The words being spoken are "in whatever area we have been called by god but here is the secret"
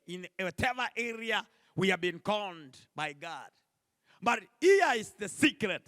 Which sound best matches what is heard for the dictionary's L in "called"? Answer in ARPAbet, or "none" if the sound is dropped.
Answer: N